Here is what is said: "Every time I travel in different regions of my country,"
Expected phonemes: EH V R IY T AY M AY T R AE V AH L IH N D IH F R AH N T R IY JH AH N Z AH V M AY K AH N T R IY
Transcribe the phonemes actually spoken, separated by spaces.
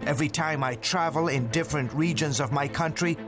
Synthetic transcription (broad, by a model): EH V R IY T AY M AY T R AE V AH L IH N D IH F R AH N T R IY JH AH N Z AH V M AY K AH N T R IY